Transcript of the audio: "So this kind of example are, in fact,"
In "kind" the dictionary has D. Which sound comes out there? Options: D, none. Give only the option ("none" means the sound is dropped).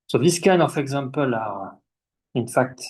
none